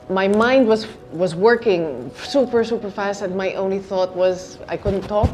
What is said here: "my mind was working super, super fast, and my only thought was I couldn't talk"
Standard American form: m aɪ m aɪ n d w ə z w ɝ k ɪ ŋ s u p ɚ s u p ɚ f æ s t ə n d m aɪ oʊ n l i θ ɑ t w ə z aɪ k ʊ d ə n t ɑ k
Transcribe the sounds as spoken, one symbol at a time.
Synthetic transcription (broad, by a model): m aɪ m aɪ n d w ə z w ɝ k ɪ ŋ s u p ɚ s u p ɚ f æ s t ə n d m aɪ oʊ n l i θ ɑ t w ə z aɪ k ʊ d n t ɑ k